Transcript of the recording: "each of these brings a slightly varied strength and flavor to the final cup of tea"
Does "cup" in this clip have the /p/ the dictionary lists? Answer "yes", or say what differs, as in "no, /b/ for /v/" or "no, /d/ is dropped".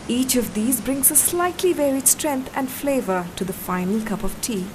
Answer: yes